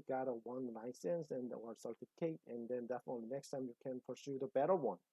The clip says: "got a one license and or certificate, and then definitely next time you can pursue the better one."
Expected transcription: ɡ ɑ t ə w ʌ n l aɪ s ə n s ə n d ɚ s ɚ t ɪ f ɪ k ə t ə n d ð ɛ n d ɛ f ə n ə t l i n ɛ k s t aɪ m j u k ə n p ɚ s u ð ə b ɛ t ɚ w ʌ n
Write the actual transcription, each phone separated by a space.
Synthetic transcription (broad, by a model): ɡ ɑ t ə w ʌ n l aɪ s ə n s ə n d ɚ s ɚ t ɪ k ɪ ə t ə n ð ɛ n d ɛ f ə n ə t l i n ɛ k s t aɪ m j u k ə n p ɚ s u ð ə b ɛ t ɚ w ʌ n